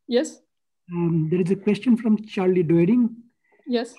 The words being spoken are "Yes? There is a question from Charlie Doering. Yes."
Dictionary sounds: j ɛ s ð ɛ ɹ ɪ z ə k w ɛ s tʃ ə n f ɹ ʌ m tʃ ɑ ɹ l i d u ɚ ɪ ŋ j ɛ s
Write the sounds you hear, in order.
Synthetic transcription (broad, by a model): j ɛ s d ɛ ɹ ɪ z ə k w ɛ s tʃ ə n f ɹ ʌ m tʃ ɑ ɹ l i d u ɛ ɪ ŋ j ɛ s